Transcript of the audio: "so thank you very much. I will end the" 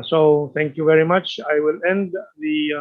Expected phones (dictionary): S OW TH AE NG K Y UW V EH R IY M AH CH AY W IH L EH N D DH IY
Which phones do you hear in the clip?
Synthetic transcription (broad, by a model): S OW T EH NG K Y UW V EH R IY M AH CH AY W IH L EH N D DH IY